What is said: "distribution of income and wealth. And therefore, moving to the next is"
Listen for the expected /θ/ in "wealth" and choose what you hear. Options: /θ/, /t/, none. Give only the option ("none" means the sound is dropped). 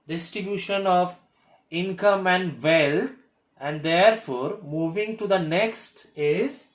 /t/